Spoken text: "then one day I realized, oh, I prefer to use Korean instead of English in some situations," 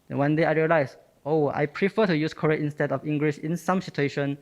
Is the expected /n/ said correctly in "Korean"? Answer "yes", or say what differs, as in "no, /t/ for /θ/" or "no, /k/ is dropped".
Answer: no, /n/ is dropped